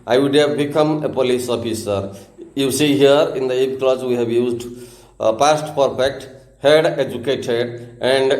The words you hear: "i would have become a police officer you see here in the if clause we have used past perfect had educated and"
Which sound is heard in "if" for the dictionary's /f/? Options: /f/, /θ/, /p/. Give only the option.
/p/